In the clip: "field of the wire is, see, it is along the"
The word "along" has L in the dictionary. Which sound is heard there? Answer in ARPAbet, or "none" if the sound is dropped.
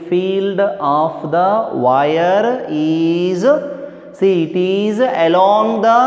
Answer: L